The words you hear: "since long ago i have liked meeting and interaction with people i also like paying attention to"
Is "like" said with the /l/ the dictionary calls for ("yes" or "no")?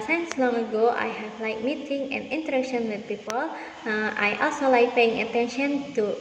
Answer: yes